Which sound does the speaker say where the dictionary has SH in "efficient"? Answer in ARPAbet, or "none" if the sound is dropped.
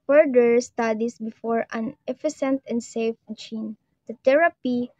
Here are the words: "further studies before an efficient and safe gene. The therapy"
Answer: S